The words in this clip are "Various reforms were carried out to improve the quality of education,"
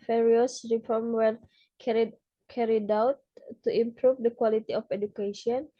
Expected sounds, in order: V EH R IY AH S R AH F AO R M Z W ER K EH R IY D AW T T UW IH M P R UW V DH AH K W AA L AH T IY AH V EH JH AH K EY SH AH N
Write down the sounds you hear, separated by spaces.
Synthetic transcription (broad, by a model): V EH R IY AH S R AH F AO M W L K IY K EH R IY D AW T T UW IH M P R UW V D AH K W AA L AH T IY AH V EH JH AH K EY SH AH N